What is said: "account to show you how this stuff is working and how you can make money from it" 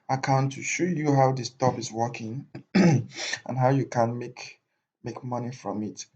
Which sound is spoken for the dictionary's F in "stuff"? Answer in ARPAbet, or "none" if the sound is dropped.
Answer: P